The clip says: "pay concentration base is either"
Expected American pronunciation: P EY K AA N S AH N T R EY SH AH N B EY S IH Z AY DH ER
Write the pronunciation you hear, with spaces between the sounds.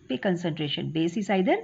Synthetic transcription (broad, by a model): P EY K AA N S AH N T R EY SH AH N B EY S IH S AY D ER